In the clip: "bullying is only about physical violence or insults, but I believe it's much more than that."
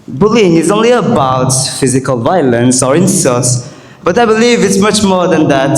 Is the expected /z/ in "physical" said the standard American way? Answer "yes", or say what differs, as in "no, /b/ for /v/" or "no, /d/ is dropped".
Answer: yes